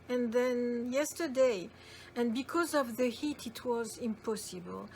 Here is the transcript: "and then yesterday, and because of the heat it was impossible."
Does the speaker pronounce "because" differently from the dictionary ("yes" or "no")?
no